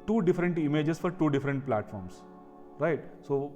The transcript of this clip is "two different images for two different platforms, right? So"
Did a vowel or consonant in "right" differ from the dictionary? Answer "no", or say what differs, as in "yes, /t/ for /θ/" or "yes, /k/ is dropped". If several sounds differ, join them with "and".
no